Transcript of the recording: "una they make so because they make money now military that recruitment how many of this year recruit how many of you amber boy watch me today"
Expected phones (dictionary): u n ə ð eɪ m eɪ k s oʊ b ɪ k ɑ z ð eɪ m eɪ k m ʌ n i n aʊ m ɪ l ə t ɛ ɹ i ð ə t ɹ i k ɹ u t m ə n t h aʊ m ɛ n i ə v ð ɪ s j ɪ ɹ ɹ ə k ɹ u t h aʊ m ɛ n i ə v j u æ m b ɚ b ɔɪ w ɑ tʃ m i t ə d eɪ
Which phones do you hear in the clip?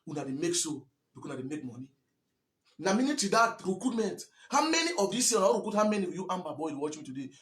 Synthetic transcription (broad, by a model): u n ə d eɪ m eɪ k s oʊ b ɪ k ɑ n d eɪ m eɪ k m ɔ n i n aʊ m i n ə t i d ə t ɹ i k ɹ u t m ə n t h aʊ m ɛ n i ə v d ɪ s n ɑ w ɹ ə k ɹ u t h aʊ m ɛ n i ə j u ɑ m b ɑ b ɔɪ w ɑ tʃ m i t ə d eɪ